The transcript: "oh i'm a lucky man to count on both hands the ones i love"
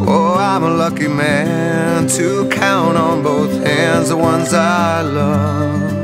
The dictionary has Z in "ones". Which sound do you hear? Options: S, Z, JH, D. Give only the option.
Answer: Z